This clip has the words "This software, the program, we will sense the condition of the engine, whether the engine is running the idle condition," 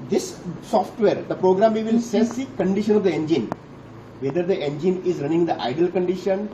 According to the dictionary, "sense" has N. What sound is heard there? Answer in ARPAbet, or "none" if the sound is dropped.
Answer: none